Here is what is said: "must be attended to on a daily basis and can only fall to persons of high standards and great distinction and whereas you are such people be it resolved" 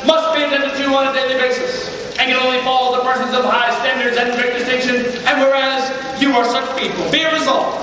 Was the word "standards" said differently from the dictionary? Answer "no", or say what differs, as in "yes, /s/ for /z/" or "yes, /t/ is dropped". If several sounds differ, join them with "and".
no